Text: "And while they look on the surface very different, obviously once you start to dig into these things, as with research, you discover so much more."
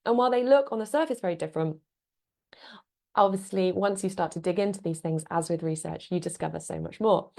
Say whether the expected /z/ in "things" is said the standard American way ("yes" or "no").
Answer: yes